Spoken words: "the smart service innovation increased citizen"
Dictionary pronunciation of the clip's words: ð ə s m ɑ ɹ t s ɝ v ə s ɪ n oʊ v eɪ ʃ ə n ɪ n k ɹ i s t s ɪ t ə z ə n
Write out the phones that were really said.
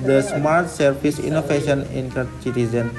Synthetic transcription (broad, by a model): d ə s m ɑ ɹ t s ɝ p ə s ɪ n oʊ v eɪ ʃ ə n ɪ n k ʌ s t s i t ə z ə n